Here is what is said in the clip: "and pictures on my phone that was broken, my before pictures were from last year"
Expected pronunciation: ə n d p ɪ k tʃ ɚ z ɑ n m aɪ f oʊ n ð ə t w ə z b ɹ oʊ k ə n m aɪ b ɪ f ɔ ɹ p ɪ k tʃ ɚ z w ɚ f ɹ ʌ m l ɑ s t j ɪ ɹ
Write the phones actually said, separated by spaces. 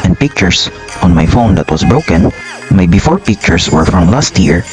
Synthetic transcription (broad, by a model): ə n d p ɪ k tʃ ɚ s ɑ n m aɪ f oʊ n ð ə t w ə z b ɹ oʊ k ə n m aɪ b ɪ f ɔ ɹ p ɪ k tʃ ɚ s w ɚ f ɹ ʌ m l ɑ s t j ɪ ɹ